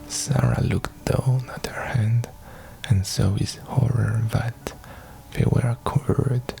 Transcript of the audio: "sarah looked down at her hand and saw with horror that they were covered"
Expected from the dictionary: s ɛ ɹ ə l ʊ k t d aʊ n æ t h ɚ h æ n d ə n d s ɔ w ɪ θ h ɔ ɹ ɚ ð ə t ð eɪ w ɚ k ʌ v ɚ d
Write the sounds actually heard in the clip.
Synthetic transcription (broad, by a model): s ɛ ɹ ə l ʊ k t d aʊ n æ t h ɚ h æ n d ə n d s ɔ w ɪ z h ɔ ɹ ɚ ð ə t ð eɪ w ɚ k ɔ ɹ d